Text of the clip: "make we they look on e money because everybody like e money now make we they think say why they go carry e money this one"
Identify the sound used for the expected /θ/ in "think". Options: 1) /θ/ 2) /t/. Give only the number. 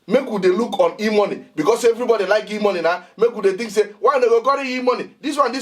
2